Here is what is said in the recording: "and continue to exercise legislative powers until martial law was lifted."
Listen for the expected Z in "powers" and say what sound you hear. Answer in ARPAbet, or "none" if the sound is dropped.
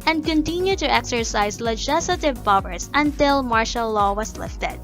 S